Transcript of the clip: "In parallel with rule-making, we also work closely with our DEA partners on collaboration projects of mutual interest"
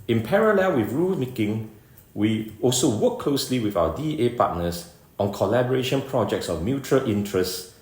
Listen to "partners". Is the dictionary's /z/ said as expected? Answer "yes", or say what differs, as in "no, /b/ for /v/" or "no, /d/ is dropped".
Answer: no, /s/ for /z/